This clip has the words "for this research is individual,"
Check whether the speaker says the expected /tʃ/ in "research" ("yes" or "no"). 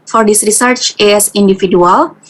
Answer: yes